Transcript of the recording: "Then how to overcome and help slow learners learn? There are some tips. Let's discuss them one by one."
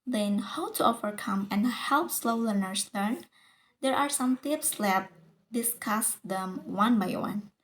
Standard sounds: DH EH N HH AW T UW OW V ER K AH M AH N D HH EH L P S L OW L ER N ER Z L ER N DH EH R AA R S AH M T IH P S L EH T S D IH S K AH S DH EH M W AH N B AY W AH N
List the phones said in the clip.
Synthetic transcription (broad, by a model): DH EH N HH AW T UW OW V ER K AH M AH N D HH EH L P S L OW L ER N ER S L ER N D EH R AA R S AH M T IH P S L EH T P D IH S K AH S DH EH M W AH N B AY W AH N